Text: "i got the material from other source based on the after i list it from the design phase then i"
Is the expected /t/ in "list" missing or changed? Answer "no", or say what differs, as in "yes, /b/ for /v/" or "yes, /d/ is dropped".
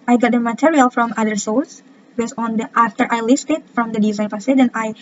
no